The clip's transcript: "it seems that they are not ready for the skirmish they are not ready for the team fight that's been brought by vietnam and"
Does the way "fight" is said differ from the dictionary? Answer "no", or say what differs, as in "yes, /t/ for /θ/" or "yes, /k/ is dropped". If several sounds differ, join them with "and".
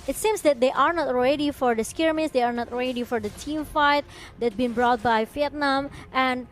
no